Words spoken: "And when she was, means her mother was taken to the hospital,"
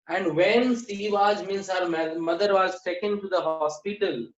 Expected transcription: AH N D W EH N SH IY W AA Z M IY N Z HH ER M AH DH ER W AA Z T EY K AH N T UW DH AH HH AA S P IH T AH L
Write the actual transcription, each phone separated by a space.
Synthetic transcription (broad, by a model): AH N D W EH N S IY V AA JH M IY N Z HH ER M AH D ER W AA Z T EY K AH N T UW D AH HH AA S P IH T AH L